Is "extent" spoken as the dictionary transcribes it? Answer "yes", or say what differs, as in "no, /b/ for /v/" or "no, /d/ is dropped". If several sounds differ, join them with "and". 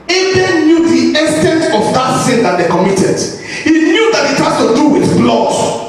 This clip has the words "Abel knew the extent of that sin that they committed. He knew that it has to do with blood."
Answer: no, /k/ is dropped